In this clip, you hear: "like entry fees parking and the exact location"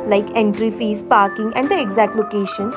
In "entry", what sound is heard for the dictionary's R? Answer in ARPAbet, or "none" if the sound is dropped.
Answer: R